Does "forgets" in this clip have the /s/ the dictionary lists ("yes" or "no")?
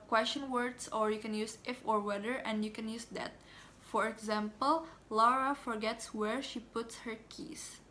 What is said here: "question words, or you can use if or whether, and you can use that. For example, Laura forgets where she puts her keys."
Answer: yes